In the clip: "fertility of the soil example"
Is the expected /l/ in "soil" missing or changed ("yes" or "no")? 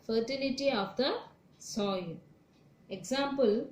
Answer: yes